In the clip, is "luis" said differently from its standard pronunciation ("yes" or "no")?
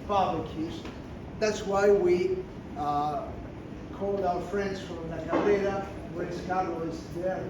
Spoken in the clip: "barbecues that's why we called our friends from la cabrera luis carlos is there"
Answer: yes